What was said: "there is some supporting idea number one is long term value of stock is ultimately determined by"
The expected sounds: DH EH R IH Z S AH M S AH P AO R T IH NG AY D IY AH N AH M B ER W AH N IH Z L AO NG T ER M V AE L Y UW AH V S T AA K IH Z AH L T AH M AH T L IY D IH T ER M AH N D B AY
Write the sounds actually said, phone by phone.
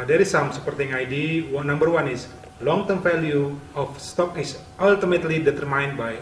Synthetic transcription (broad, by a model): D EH R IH S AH M S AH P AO R T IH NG AY D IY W N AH M B ER W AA N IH S L AO NG T ER M F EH L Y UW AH F S T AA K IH S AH L T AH M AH T L IY D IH T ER M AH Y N B AY